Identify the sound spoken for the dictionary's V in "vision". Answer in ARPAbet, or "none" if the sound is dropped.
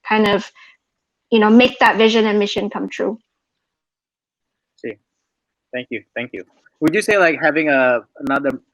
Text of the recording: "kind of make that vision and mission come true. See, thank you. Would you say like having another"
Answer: V